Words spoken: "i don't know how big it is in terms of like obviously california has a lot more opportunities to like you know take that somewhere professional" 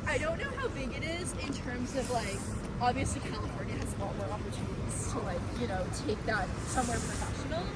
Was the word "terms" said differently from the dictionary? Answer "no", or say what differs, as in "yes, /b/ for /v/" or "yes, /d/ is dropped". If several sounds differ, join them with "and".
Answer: no